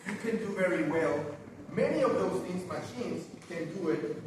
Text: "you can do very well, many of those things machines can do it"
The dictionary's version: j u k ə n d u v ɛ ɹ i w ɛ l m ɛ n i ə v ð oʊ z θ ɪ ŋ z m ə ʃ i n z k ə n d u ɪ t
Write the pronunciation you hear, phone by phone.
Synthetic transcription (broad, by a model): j k ə n d u v ɛ ɹ i w ɛ l m ɛ n i ə v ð oʊ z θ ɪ ŋ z m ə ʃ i n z k ə n d u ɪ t